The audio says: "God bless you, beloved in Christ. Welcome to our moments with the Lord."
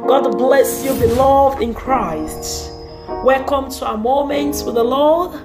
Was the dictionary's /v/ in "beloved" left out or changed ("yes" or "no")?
no